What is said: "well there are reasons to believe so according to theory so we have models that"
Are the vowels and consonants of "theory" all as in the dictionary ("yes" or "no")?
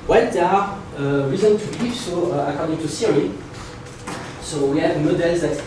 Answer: no